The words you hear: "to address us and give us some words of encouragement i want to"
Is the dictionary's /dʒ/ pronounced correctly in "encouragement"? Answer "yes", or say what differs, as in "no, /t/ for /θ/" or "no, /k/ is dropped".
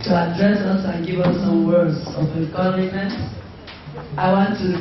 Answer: no, /dʒ/ is dropped